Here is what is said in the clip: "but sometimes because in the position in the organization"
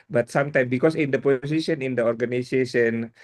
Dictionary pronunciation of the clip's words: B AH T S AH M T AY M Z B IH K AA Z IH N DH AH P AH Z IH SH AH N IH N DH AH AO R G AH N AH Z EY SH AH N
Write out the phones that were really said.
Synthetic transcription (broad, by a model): B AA T S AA M T AY M B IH K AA S IH N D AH P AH S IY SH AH N IH N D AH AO R G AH N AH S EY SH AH N